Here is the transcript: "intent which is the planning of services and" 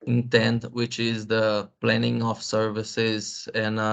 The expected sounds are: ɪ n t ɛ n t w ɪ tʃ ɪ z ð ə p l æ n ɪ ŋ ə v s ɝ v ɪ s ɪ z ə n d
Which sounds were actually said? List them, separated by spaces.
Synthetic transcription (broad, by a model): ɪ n t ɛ n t w ɪ tʃ ɪ z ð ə p l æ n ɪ ŋ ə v s ɝ v ɪ s ɪ z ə n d